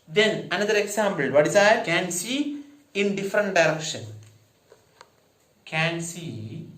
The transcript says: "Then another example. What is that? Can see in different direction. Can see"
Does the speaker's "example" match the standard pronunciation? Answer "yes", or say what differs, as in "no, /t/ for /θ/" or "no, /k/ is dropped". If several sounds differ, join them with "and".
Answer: no, /b/ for /p/